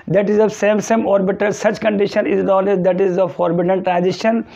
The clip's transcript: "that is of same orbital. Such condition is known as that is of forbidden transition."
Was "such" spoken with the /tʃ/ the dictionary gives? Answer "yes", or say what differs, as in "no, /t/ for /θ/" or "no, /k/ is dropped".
yes